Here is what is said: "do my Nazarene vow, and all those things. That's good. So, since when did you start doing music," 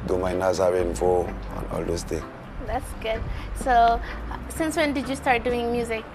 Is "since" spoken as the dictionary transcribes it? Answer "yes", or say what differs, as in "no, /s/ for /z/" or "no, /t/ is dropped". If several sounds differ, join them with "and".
yes